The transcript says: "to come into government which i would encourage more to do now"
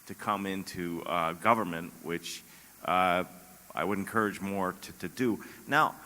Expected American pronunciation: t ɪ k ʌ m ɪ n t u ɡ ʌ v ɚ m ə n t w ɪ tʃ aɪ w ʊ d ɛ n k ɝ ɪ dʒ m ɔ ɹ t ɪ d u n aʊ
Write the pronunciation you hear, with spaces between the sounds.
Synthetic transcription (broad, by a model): t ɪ k ʌ m ɪ n t u ɡ ʌ v ɚ m ə n t w ɪ tʃ aɪ w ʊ d n k ɝ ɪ dʒ m ɔ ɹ t ɪ d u n aʊ